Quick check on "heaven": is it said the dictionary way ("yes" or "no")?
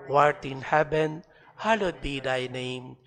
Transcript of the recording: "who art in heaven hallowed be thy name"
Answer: no